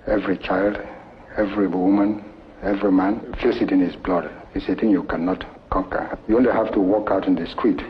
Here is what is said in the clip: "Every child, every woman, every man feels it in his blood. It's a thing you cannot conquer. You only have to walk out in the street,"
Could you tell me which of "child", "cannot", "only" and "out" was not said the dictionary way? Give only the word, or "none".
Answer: none